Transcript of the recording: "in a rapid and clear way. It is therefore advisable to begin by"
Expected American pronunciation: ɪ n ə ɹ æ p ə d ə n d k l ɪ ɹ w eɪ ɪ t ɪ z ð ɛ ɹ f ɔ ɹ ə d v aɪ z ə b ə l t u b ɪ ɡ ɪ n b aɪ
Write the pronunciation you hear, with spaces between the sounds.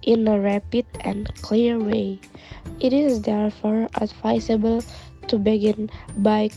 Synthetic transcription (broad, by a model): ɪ n ə ɹ æ p ə d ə n k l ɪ ɹ w eɪ ɪ t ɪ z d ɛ ɹ f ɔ ɹ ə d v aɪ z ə b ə l t u b ɪ ɡ ɪ n b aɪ